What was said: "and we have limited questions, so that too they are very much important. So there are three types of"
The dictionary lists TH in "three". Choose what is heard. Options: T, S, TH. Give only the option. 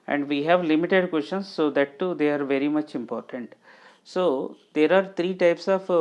T